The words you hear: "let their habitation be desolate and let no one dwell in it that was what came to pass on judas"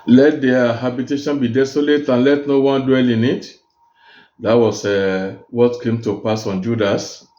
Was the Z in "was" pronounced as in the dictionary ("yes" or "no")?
no